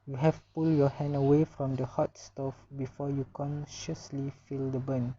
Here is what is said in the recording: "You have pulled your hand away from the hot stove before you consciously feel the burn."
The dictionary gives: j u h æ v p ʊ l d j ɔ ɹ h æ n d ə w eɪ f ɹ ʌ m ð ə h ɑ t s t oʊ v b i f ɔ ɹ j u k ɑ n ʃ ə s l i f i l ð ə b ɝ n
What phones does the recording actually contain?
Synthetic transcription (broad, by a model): j u h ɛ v p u l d j ɔ h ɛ n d ə w eɪ f ɹ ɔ m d ə h ɑ t s t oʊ f b i f ɔ j u k ɑ n ʃ ə s l i f i l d ə b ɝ n